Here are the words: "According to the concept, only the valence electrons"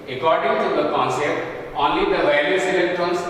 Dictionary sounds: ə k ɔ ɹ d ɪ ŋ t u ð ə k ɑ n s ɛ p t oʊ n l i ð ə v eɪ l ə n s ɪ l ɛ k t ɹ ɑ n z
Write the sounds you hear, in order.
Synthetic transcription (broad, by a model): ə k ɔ ɹ d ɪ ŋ t u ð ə k ɑ n s ɛ p t oʊ n l i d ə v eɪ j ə s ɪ l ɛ k t ɹ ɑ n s